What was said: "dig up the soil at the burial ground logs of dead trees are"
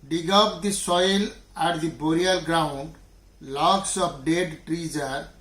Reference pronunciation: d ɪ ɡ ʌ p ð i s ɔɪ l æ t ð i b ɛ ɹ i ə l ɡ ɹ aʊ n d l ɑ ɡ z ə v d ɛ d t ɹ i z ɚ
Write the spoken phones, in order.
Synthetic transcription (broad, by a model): d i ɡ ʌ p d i s ɔɪ l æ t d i b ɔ ɹ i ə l ɡ ɹ aʊ n d l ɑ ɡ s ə p d ɛ d t ɹ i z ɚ